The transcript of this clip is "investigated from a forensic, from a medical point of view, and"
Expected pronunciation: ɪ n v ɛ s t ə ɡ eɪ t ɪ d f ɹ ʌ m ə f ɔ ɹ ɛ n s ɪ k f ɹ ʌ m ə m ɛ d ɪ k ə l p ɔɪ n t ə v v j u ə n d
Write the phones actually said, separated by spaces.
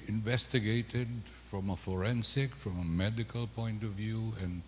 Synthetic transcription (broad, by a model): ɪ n v ɛ s t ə ɡ eɪ t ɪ d f ɹ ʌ m ə f ɔ ɹ ɛ n s ɪ k f ɹ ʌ m ə m ɛ d ɪ k ə l p ɔɪ n t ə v v j u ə n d